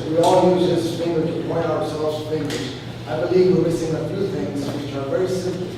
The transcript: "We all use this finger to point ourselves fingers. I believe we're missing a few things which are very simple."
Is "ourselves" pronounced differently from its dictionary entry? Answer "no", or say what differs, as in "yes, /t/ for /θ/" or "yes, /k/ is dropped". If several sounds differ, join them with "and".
no